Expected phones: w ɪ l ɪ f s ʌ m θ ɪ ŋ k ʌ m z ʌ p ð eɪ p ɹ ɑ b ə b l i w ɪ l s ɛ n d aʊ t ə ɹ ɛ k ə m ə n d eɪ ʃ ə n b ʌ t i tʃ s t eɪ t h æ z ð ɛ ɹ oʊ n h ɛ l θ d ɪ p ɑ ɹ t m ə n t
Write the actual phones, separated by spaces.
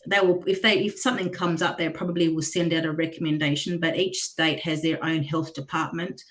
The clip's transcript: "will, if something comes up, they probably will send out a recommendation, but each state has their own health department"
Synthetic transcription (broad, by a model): w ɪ l ɪ f s ʌ m θ ɪ ŋ k ʌ m z ʌ p ð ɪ p ɹ ɑ b ə b l i w ɪ l s ɛ n d aʊ t ə ɹ ɛ k ə m ə n d eɪ ʃ ə n b ʌ t i tʃ s t eɪ t h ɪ z ð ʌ ɹ oʊ n h ɛ l θ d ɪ p ɑ ɹ t m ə n t